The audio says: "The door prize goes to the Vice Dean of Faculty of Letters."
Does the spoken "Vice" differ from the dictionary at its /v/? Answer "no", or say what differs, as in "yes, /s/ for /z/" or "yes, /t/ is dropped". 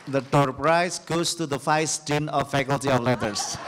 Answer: yes, /f/ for /v/